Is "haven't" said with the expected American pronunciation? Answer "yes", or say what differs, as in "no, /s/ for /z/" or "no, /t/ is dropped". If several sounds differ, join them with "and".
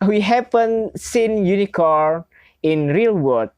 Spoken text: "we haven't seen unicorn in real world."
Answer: no, /p/ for /v/